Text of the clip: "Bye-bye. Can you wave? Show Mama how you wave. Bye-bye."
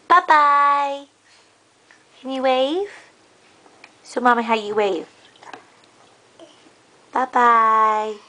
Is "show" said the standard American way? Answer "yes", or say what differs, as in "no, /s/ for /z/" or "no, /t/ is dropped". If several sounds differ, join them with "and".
no, /s/ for /ʃ/